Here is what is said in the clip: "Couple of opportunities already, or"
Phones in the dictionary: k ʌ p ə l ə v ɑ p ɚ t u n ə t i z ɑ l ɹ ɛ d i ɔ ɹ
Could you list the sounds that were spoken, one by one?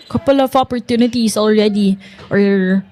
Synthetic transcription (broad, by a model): k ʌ p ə l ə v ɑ p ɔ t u n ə t i s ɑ l ɹ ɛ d i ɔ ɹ